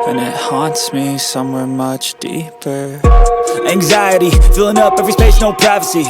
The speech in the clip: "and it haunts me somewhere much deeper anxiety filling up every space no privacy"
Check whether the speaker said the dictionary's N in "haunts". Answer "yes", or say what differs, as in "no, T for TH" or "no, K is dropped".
yes